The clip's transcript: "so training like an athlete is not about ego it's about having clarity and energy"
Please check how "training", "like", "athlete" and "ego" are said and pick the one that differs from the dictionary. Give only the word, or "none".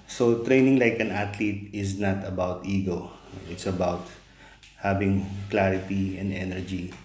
athlete